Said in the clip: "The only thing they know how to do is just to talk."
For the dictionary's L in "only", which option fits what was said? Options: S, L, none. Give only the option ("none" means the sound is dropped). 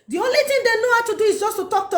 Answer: L